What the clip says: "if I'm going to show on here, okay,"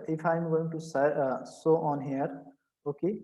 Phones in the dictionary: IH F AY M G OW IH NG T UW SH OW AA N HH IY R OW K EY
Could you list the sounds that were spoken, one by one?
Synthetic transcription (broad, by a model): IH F AY M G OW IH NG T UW S OW AA N HH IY R OW K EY